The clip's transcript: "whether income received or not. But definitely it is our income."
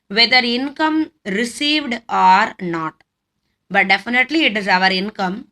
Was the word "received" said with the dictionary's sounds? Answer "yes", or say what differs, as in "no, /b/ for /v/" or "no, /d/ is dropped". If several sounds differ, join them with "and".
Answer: yes